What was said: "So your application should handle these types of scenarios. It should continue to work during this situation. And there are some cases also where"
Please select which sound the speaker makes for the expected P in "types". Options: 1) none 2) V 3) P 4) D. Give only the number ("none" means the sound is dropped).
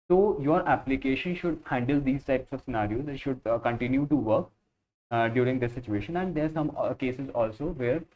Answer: 3